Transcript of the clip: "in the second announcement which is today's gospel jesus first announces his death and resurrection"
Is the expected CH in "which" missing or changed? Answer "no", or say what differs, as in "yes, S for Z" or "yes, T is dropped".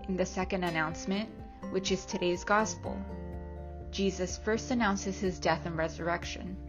no